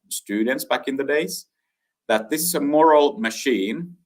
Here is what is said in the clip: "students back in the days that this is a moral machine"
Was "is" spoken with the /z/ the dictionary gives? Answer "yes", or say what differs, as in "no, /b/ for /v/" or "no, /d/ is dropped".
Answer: yes